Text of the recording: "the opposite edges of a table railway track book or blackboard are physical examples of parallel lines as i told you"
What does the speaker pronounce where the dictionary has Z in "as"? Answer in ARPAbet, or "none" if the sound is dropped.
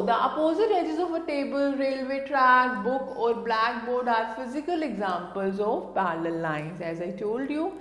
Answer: Z